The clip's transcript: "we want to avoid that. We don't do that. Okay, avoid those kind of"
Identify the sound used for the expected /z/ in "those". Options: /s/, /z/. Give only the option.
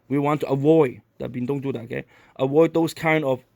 /s/